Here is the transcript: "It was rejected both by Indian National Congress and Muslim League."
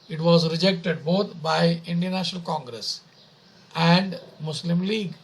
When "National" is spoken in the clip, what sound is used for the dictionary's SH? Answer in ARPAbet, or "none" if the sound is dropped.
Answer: SH